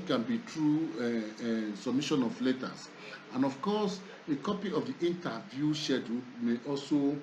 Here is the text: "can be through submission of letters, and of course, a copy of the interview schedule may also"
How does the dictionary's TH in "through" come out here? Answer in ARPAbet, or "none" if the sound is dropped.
T